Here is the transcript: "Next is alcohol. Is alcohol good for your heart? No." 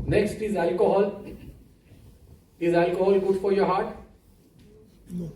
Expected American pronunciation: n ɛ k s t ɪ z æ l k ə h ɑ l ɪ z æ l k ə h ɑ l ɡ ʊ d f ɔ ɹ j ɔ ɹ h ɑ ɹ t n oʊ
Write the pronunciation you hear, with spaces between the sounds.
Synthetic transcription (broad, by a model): n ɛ k s t ɪ z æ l k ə h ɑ l ɪ z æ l k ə h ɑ l ɡ ʊ d f ɔ ɹ j ɔ ɹ h ɑ ɹ t